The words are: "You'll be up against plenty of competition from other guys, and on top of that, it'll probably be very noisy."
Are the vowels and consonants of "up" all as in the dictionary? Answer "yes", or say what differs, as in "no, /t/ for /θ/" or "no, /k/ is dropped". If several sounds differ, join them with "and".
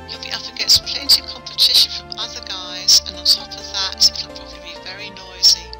no, /f/ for /p/